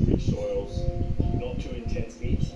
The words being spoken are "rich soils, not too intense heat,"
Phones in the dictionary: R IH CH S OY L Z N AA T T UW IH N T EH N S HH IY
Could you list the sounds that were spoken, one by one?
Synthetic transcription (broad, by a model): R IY S OY L Z N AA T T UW IH N T EH N S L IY